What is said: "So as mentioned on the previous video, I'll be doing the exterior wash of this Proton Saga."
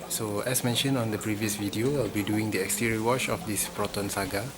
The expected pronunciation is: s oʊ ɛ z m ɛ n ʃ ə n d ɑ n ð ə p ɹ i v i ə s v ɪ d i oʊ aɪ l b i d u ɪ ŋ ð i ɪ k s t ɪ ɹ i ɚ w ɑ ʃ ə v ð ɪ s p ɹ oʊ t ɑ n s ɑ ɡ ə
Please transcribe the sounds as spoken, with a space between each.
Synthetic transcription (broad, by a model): s oʊ ɛ s m ɛ n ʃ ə n ɑ n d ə p ɹ i v i ə s v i d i oʊ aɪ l b i d u ɪ ŋ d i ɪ k s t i ɹ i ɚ w ɑ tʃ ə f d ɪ s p ɹ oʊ t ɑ n s ɑ ɡ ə